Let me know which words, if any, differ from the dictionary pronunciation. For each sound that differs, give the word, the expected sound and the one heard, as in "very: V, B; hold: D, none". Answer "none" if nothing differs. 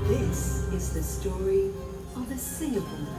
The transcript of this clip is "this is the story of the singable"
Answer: none